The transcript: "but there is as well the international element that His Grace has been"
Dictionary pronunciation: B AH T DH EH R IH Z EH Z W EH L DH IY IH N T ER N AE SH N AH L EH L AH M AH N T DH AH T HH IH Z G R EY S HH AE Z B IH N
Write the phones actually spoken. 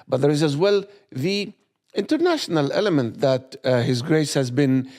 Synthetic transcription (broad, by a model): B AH T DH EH R IH Z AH Z W EH L DH IY IH N T ER N AE SH N AH L EH L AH M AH N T DH AH T HH IH Z G R EY S HH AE Z B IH N